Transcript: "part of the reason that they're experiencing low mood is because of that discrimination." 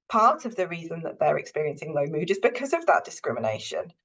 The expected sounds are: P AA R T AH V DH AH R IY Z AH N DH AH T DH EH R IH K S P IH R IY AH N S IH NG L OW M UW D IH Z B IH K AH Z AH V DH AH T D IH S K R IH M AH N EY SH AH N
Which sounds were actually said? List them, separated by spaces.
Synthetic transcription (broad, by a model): P AA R T AH V DH AH R IY Z AH N DH AH T DH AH R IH K S P IH R IY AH N S IH NG L OW M UW D IH Z B IH K AH Z AH V DH AH T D IH S K R IH M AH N EY SH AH N